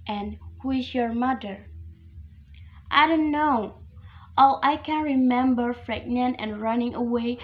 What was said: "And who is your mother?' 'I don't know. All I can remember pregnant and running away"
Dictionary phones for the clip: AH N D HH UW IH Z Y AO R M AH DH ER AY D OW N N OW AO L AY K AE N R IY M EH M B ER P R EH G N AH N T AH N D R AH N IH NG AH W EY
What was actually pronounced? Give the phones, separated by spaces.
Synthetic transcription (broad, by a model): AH N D HH UW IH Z Y AO R M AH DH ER AY D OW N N OW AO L AY K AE N R IY M EH M B ER F R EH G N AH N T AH N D R AH N IH NG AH W EY